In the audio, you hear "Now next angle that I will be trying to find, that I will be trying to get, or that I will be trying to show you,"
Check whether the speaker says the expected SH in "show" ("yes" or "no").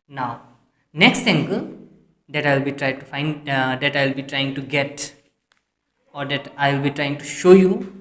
yes